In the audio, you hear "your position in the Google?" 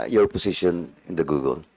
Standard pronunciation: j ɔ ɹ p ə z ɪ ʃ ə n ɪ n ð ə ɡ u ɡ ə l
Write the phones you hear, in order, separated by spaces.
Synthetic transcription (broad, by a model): j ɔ ɹ p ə s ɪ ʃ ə n ɪ n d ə ɡ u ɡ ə l